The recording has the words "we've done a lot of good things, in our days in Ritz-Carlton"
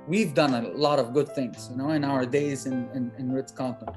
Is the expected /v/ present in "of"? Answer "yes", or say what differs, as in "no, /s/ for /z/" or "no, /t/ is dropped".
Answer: yes